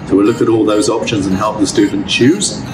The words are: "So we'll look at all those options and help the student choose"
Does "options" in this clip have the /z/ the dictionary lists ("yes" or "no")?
yes